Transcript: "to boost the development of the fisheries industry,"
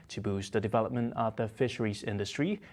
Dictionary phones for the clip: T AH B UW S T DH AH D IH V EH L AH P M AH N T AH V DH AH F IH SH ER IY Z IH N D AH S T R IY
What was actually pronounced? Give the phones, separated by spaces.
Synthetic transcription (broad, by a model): T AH B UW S DH AH D IH V EH L AH P M AH N T AH V DH AH F IH SH ER IY Z IH N D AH S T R IY